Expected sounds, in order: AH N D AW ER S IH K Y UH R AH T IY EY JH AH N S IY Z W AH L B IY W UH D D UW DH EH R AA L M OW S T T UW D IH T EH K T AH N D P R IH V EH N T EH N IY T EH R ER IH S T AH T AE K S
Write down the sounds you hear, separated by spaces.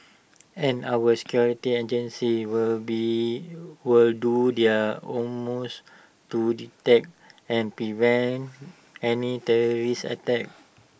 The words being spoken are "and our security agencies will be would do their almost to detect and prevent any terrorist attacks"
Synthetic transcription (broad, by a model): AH N AW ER S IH K Y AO R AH T IY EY JH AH N S IY W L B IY W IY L D UW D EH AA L M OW S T T UW D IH T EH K AH N P R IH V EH N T EH N IY T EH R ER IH S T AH T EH K